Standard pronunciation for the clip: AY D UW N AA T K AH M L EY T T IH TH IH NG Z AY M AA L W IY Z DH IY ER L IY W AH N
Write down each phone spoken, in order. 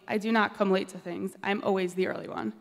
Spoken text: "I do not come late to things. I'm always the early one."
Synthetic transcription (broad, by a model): AY D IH N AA T K AH M L EY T T IH TH IH NG Z AY M AA L W IY Z DH IY ER L IY W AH N